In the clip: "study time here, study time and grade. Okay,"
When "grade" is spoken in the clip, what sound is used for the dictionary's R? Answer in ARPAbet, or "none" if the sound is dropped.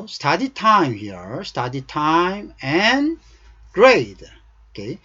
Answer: R